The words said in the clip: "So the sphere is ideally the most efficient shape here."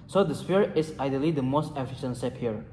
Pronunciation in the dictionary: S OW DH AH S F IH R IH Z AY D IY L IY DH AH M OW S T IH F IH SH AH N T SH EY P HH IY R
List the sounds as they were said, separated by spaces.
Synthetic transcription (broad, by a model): S OW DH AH S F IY R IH S AY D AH L IY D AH M OW S T IH F IH SH AH N T S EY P HH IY R